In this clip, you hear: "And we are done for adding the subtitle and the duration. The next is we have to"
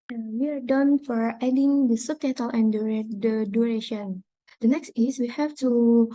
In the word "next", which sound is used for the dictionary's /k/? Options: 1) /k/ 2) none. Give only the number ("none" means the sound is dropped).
1